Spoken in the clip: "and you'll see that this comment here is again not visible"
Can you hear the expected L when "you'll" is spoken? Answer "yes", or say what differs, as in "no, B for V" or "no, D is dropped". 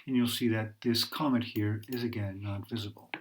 yes